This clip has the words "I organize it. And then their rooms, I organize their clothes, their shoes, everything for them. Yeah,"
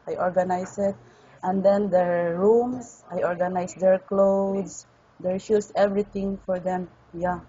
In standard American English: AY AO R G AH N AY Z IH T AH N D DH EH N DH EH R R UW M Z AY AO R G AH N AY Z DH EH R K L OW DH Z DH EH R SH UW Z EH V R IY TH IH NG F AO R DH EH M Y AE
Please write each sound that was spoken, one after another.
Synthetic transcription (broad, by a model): AY AO R G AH N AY S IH T AH N D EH N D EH R R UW M S AY AO R G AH N AY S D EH R K L OW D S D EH R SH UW S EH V R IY T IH NG F AO R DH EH M Y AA